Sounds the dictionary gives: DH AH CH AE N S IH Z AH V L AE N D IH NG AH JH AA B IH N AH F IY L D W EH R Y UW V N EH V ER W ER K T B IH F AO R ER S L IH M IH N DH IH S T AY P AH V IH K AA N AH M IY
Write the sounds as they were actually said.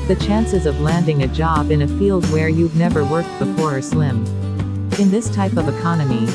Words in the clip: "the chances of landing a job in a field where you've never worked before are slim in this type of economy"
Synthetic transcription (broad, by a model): DH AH CH AE N S IH Z AH V L AE N D IH NG AH JH AA B IH N AH F IY L D W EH R Y UW V N EH V ER W ER K T B IH F AO R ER S L IH M IH N DH IH S T AY P AH V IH K AA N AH M IY